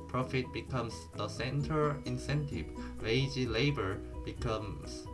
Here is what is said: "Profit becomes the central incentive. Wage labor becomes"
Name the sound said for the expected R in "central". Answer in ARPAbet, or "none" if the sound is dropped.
none